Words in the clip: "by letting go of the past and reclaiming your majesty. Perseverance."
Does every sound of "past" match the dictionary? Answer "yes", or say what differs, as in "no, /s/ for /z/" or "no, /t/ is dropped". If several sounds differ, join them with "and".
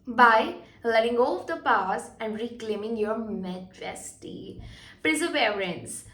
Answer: no, /t/ is dropped